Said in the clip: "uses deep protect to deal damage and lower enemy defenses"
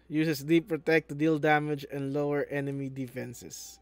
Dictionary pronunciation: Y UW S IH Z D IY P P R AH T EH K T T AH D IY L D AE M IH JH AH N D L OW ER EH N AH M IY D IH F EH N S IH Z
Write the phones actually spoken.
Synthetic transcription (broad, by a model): Y UW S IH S D IY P P R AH T EH K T T D IY L D AE M IH JH AH N D L OW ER EH N AH M IY D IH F EH N S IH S